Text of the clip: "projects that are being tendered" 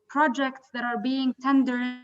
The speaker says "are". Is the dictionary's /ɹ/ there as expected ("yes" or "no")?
yes